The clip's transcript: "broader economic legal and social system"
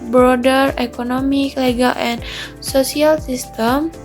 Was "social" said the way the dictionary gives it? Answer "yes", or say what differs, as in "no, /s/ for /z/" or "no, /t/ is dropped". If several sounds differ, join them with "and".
no, /s/ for /ʃ/